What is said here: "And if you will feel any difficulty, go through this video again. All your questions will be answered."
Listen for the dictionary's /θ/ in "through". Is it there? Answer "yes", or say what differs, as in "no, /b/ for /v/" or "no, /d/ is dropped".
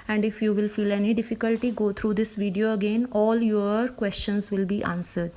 no, /t/ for /θ/